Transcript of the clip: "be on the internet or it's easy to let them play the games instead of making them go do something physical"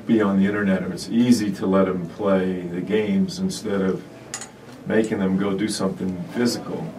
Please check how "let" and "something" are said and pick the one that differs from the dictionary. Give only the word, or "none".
none